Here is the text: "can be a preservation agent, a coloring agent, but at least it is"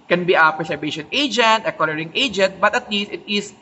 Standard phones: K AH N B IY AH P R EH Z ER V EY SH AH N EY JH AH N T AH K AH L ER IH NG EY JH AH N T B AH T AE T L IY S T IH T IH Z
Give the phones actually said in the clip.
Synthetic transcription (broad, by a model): K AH N B IY AH P R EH S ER B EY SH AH N EY JH AH N T AH K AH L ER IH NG EY JH AH N T B AH T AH T L IY S T IH T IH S